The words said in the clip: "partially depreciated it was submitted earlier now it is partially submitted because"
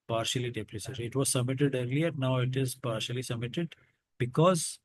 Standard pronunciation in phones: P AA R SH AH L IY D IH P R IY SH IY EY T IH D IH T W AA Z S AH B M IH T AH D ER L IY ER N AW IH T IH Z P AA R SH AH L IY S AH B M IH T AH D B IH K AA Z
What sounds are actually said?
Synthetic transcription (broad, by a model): P AA R SH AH L IY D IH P R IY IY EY S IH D IH T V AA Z S AH B M IH T AH D ER L IY ER N AW IH T IH Z P AA R SH AH L IY S AH B M IH T AH D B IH K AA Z